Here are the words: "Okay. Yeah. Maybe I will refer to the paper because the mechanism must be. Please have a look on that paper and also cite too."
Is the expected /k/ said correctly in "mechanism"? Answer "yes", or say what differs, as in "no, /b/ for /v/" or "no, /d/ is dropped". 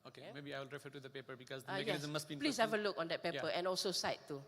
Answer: no, /k/ is dropped